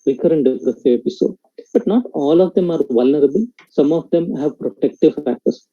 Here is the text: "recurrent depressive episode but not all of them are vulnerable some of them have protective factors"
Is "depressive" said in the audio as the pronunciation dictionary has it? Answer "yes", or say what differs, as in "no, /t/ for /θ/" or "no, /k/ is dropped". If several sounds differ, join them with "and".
no, /v/ is dropped